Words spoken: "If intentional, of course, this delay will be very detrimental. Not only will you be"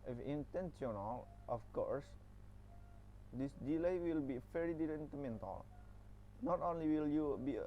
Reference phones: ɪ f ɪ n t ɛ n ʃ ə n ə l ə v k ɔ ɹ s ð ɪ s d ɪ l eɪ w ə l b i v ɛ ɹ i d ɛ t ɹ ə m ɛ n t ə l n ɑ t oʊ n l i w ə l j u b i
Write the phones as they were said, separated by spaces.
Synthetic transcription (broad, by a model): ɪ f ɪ n t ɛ n s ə n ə l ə f k ɔ ɹ s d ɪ s d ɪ l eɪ w ə l b i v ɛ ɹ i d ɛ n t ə m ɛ n t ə l n ɑ t oʊ n l i w ə l j u b i